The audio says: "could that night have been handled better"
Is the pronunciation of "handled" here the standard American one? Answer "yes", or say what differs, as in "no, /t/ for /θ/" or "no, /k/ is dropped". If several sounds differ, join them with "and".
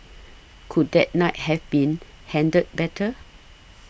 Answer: no, /l/ is dropped